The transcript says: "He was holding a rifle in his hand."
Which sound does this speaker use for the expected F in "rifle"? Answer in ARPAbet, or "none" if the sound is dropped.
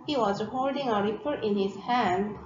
P